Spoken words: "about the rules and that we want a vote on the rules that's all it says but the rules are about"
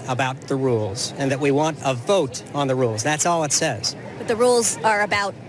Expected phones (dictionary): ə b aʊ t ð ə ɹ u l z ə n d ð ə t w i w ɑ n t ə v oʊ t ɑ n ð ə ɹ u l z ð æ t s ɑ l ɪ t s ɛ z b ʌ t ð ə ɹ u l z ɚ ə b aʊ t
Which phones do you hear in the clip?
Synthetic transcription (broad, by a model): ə b aʊ t ð ə ɹ u l z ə n ð ə t w i w ɑ n t ə v oʊ t n ð ə ɹ u l z ð æ t s ɑ l ɪ t s ɛ z b ʌ t ð ə ɹ u l z ɚ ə b aʊ t